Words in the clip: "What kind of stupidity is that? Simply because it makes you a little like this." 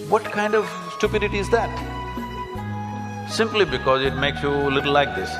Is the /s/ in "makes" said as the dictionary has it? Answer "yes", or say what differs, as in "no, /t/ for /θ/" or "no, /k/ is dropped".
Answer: yes